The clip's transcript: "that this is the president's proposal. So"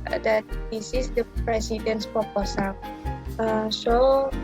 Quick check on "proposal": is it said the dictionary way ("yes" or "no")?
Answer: no